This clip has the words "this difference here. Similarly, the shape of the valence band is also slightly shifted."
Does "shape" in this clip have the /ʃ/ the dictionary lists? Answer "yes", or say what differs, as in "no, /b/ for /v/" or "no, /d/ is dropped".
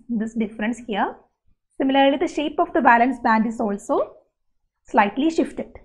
yes